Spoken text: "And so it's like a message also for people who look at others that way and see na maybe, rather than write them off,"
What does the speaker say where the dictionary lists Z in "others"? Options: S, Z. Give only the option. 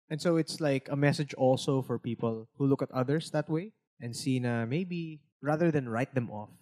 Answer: S